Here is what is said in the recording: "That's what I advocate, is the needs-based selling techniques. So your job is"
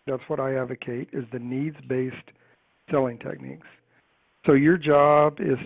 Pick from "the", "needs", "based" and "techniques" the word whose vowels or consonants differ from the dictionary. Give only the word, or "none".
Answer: none